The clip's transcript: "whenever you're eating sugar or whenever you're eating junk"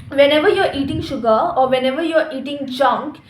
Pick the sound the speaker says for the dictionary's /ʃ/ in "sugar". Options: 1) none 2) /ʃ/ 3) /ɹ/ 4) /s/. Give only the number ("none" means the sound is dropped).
2